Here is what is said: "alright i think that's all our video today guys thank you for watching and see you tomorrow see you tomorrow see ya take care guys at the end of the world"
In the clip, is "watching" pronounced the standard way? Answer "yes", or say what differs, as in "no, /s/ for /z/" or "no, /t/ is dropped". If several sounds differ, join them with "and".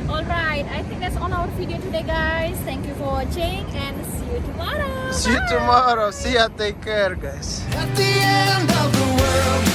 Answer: no, /tʃ/ is dropped